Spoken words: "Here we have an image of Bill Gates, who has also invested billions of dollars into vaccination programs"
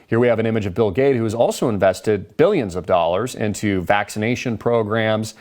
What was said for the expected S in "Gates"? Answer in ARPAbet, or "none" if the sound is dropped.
none